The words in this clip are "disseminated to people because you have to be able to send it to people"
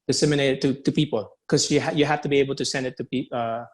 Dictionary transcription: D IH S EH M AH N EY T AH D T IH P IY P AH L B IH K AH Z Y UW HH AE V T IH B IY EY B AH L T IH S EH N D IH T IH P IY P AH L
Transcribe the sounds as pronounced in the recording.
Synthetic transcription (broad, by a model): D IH S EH M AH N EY T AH T IH P IY P L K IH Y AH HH Y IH HH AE F T IH B IY EY B L T IH S EH N D IH T IH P IY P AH